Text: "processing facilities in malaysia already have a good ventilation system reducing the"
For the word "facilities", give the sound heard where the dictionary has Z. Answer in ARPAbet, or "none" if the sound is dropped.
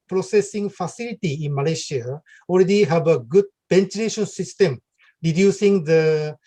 none